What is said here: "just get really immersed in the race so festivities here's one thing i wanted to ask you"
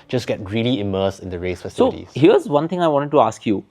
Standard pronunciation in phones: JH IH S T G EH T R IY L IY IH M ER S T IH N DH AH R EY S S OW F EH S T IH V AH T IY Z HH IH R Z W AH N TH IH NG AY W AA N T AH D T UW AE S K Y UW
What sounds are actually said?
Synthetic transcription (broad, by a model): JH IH S G EH T R IY L IY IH M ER S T IH N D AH R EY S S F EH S S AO AH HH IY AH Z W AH N T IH NG AY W AA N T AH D T UW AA S K Y UW